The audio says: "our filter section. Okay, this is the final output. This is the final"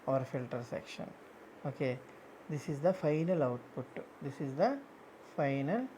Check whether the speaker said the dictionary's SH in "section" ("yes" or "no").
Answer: yes